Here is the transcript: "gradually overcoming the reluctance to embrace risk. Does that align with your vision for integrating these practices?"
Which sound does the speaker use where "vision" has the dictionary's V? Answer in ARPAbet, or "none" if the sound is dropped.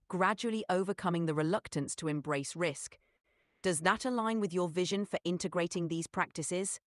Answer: V